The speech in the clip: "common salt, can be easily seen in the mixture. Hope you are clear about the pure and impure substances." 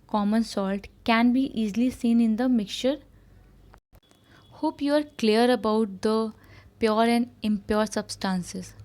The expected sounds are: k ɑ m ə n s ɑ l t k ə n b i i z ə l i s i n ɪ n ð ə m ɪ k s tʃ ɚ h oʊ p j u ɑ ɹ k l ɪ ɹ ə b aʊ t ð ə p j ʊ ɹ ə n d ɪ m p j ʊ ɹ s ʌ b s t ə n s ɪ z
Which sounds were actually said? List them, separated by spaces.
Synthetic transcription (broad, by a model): k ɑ m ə n s ɑ l t k ə n b i i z l i s i n ɪ n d ə m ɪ k tʃ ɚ h oʊ p j u ɑ ɹ k l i ɹ ə b aʊ t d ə p j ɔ ɹ ə n d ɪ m p j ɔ ɹ s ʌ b s t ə n s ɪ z